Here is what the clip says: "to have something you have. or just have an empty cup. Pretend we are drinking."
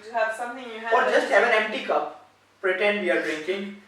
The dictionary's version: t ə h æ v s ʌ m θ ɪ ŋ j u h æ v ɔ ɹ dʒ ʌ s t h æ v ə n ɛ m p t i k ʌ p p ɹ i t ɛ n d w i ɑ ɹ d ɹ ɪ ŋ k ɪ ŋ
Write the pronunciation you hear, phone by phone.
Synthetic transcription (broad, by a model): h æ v s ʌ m t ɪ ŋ j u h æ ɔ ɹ dʒ ʌ s t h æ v ə n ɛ m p t i k ʌ p p ɹ i t ɛ n d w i ɑ ɹ d ɹ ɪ ŋ k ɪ ŋ